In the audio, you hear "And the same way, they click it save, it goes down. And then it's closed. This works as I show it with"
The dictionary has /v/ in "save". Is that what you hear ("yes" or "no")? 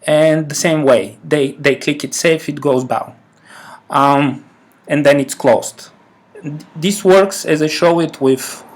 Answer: no